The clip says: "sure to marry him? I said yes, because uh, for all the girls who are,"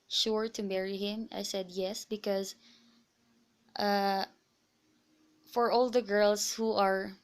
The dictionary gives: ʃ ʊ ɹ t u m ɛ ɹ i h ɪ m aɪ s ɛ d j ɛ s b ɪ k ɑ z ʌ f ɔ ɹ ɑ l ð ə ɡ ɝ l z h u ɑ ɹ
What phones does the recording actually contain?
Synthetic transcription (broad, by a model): ʃ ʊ ɹ t u m ɛ ɹ i h ɪ m aɪ s ɛ d j ɛ s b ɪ k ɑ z ʌ f ɔ ɹ ɑ l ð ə ɡ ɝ l s h u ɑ ɹ